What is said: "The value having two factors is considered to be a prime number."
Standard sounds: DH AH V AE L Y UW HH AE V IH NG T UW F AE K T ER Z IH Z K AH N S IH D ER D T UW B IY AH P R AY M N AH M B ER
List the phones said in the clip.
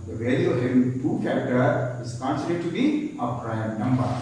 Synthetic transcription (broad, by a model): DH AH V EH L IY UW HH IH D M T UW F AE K T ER IH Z K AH N S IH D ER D T UW B IY AH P R AY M N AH M B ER